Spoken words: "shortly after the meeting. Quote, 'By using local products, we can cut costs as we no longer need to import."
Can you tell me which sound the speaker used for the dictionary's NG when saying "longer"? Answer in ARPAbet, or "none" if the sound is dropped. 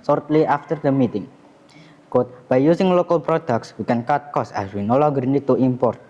none